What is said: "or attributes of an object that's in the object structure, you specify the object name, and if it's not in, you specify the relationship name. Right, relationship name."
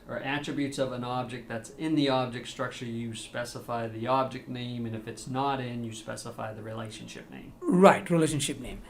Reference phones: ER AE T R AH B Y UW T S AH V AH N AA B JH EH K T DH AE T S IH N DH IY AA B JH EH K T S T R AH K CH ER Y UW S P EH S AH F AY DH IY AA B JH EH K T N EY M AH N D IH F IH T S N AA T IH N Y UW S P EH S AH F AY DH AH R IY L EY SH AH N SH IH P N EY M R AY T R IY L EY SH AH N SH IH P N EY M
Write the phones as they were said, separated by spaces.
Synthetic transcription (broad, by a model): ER AE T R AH B Y UW T S AH V AH N AA B JH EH K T DH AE T S IH N DH IY AA B JH EH K T S T R AH K CH ER Y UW S P EH S AH F AY DH IY AA B JH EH K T N EY M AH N IH F IH T S N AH T IH N Y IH S P EH S AH F AY DH AH R IY L EY SH AH N SH IH P N EY M R AY T R IY L EY SH AH N SH IH P N EY M